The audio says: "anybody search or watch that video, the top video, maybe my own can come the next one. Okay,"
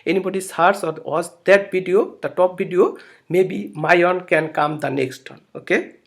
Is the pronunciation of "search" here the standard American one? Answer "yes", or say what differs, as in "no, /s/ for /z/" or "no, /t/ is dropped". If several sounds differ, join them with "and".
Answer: no, /s/ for /tʃ/